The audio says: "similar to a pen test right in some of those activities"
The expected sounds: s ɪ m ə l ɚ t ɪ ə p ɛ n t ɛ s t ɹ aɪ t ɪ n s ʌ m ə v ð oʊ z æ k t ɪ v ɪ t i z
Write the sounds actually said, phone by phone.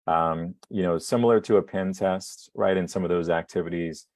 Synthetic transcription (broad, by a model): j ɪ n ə l ɚ t ɪ ə p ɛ n t ɛ s t ɹ aɪ t ɪ n s ʌ m ə v ð oʊ z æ k t ɪ v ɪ t i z